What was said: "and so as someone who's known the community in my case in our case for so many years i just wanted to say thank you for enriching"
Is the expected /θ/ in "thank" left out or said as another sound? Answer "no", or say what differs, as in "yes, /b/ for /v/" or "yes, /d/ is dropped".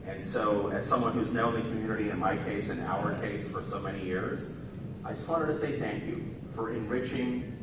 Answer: no